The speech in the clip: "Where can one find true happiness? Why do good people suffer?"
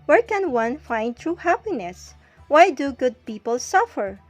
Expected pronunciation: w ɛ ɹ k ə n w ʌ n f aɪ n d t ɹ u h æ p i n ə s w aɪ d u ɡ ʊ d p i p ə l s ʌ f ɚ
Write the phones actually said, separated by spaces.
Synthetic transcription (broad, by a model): w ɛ ɹ k ə n w ʌ n f aɪ n d t ɹ u h æ p i n ə s w aɪ d u ɡ ʊ d p i p ə l s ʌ f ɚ